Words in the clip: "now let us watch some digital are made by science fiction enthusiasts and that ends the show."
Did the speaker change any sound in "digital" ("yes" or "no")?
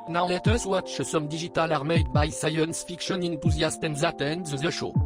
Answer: yes